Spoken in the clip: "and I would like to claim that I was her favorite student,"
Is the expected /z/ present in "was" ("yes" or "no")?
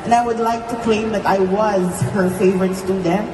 yes